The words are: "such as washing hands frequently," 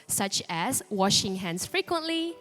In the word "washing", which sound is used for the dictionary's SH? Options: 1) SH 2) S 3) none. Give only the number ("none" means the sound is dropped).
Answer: 1